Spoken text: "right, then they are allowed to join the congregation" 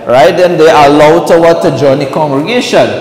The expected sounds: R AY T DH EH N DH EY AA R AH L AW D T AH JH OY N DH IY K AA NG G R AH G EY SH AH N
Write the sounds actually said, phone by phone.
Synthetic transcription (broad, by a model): R AY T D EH N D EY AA L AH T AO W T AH JH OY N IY K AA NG G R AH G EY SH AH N